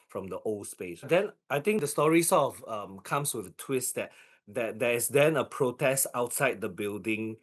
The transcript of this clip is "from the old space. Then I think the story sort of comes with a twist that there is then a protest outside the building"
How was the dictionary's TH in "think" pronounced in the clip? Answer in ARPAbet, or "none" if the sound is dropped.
T